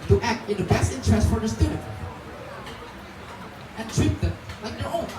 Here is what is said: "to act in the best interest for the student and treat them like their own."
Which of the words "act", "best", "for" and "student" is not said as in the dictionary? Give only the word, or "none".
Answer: student